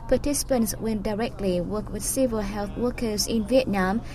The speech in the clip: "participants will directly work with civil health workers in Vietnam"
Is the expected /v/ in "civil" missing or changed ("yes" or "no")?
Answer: no